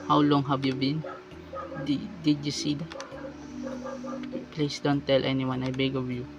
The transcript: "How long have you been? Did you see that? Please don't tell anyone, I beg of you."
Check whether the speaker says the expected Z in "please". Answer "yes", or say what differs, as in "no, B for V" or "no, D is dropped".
no, S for Z